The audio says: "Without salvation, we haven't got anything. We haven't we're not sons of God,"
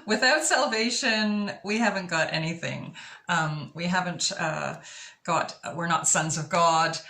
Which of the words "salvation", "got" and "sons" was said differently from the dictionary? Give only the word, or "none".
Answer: none